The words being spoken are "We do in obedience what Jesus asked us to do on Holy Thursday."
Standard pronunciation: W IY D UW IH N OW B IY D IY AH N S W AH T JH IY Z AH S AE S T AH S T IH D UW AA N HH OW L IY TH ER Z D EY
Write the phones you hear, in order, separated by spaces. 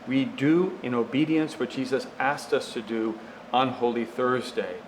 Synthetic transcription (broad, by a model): W IY D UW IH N OW B IY D IY AH N S W AH T JH IY Z AH S AE S T AH S T IH D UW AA N HH OW L IY TH ER Z D EY